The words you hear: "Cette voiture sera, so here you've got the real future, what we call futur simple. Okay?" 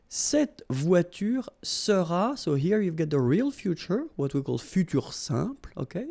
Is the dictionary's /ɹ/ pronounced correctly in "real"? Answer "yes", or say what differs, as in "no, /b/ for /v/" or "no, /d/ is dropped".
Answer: yes